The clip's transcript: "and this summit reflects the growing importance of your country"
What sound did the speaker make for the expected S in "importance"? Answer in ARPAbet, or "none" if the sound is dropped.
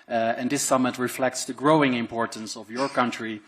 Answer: S